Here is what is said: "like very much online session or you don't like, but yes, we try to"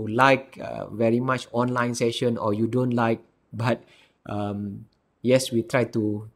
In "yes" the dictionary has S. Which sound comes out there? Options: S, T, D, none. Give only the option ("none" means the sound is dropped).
S